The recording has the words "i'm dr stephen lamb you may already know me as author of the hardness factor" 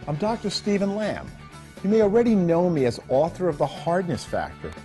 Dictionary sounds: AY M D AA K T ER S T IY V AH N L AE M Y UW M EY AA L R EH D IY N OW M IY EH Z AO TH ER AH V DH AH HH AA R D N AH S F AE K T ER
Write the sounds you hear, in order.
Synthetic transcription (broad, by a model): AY M D AA K T ER S T IY V AH N L AE M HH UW M EY AA L R EH D IY N OW M IY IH Z AO TH ER AH V DH AH HH AA R D N AH S F AE K T ER